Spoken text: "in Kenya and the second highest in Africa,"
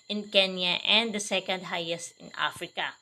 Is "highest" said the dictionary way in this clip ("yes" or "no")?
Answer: yes